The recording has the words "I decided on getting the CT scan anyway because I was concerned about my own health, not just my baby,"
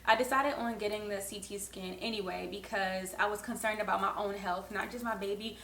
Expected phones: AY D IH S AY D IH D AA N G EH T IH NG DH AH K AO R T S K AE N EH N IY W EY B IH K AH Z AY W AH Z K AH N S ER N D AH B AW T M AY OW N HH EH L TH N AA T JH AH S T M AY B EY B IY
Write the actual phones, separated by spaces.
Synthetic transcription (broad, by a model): AY D IH S AY D IH D N G EH T IH NG DH AH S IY T S K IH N EH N IY W EY B IH K AH Z AY W AH Z K AH N S ER N D AH B AW T M AY OW N HH EH L TH N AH T JH AH S T M AY B EY B IY